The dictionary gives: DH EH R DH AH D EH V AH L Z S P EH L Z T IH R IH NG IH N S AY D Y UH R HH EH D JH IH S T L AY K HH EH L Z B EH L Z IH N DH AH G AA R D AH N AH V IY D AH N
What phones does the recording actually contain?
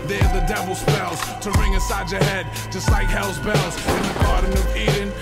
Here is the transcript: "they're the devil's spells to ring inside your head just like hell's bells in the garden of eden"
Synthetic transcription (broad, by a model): DH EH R DH AH D EH V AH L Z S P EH L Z T IH R IH NG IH S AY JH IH HH EH D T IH S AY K HH EH L Z B EH L Z IH N DH AH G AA R D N AH V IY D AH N